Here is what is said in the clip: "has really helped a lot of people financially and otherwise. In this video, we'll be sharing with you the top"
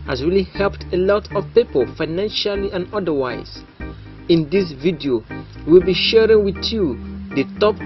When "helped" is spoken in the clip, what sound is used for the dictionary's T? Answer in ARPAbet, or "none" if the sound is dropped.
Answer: T